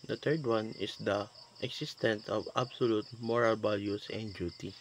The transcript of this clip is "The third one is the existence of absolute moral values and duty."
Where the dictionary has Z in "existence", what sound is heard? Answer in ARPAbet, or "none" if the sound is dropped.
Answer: S